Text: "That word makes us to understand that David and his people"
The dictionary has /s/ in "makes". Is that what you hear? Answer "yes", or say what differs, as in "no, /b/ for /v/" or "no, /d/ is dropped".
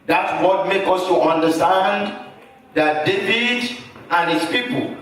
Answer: no, /s/ is dropped